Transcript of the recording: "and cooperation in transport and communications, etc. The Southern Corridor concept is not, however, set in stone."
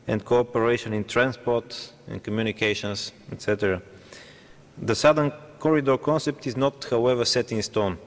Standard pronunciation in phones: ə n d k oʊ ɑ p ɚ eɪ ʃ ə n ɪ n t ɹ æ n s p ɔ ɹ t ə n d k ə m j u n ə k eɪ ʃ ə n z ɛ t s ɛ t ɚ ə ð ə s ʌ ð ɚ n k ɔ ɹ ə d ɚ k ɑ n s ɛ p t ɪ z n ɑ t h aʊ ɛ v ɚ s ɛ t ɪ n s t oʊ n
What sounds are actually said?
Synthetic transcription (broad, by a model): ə n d k oʊ ɑ p ɚ eɪ ʃ ə n ɪ n t ɹ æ n s p ɔ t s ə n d k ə m j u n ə k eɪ ʃ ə n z ɛ t s ɛ t ɚ ə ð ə s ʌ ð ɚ n k ɔ ɹ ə d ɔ k ɑ n s ɛ p t ɪ z n ɑ t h aʊ ɛ v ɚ s ɛ t ɪ n s t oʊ n